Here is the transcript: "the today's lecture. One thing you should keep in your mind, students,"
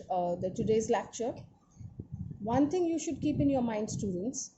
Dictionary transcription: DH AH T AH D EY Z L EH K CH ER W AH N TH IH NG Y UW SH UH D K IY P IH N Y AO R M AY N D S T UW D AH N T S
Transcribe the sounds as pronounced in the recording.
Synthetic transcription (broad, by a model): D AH T AH D EY Z L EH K CH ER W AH N T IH NG Y UW SH UH D K IY P IH N Y AO R M AY N D S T UW D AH N T S